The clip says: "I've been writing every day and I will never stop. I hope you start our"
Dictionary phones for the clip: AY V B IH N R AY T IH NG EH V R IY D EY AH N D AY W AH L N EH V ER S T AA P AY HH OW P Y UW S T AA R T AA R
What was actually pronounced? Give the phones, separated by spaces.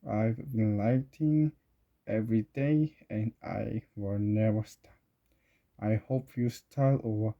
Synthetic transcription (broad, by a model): AY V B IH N L AY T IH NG EH V R IY D EY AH N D AY W AH L N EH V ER S T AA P AY HH OW P Y UW S T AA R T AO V